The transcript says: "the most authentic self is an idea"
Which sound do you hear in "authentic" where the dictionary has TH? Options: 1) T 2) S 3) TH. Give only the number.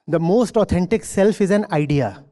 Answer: 1